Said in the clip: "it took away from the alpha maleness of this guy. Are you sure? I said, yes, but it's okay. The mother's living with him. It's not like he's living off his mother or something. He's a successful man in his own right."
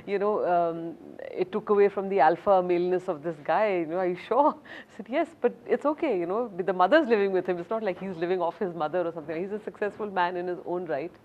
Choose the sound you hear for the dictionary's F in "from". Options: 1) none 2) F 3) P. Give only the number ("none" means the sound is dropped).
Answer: 2